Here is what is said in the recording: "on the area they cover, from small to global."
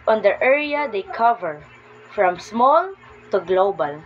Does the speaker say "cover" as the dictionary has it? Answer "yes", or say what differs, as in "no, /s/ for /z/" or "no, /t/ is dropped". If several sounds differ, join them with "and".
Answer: yes